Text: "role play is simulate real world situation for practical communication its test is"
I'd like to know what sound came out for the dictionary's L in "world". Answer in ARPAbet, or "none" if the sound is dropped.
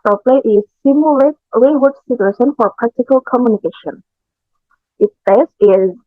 none